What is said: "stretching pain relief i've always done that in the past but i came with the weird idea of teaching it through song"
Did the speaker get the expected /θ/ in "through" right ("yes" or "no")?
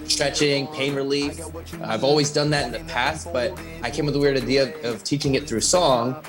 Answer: yes